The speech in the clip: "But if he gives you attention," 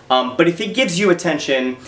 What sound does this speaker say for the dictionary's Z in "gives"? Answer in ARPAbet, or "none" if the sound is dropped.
Z